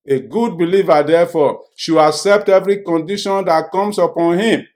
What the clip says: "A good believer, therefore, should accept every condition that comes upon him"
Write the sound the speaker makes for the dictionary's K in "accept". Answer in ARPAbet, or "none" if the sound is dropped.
K